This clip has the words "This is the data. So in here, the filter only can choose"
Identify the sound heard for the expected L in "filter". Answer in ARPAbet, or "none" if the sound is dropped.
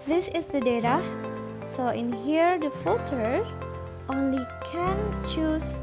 none